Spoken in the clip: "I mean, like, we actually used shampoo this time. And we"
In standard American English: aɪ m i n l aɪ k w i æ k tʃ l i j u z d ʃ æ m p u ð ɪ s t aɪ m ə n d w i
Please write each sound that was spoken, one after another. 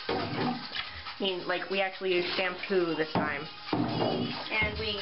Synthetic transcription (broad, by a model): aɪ m i n l aɪ k w i æ k tʃ i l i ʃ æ m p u ð ɪ s t aɪ m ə n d w i